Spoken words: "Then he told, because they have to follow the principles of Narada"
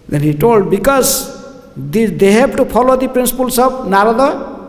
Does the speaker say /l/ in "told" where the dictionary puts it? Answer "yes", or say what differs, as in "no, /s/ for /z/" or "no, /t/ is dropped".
yes